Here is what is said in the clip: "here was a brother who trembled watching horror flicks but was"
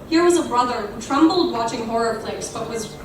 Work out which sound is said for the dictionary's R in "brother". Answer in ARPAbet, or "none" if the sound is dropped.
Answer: R